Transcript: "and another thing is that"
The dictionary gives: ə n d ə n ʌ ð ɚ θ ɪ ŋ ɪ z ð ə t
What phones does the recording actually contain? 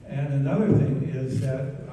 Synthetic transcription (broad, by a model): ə n ə n ʌ ð ɚ θ ɪ ŋ ɪ z ð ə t